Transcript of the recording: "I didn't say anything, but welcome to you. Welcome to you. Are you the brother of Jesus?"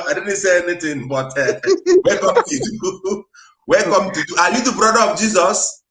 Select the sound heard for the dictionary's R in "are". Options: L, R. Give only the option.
L